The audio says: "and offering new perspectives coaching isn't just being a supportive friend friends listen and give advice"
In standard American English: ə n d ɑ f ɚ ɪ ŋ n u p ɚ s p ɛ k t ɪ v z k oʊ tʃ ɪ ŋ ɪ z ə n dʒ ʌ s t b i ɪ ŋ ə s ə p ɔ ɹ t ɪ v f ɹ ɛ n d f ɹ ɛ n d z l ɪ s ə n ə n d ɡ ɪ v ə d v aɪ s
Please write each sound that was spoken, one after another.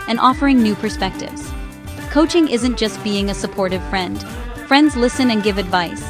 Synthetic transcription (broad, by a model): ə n ɑ f ɚ ɪ ŋ n u p ɚ s p ɛ k t ɪ v z k oʊ tʃ ɪ ŋ ɪ z ə n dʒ ʌ s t b i ɪ ŋ ə s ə p ɔ ɹ t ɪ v f ɹ ɛ n d f ɹ ɛ n d z l ɪ s ə n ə n ɡ ɪ v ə d v aɪ s